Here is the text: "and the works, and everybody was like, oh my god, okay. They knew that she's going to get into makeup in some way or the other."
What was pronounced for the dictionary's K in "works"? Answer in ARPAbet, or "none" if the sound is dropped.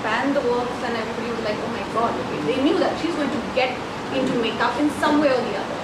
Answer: none